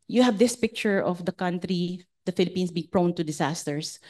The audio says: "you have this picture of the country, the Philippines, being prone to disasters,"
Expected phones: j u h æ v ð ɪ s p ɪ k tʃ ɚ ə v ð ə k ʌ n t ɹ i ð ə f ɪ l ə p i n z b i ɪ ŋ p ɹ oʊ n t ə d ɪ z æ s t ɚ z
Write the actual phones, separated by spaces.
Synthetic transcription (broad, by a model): j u h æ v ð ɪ s p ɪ k tʃ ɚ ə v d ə k ʌ n t ɹ i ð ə f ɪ l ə p i n s b i ɪ ŋ p ɹ oʊ n t ə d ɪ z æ s t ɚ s